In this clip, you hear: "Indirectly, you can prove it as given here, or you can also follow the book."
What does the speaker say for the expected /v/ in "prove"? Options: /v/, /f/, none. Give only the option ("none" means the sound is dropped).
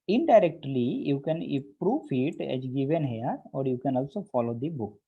/f/